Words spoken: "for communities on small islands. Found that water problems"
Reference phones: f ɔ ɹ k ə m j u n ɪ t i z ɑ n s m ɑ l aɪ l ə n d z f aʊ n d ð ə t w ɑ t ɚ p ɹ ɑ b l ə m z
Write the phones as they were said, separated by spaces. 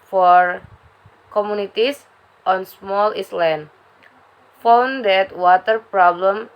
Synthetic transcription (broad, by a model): f ɔ ɹ k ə m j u n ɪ t i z ɑ n s m ɑ l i l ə n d f aʊ n d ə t w ɑ t ɚ p ɹ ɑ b l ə m